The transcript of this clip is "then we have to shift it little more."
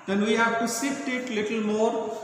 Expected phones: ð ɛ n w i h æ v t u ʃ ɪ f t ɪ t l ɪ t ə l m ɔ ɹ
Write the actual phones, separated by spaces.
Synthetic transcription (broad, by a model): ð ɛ n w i h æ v t u s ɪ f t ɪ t l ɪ t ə l m ɔ ɹ